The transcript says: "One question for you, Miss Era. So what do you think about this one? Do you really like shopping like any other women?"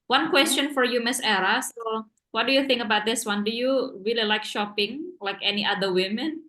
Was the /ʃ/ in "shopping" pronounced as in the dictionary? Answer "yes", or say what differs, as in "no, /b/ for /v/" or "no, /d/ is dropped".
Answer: yes